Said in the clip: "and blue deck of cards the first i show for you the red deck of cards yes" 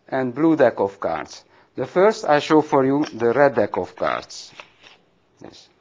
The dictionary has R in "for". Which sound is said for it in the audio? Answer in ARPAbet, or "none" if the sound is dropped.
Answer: R